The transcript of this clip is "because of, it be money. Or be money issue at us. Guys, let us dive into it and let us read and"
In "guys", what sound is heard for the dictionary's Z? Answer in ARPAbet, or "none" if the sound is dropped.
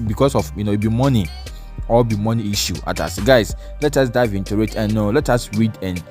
S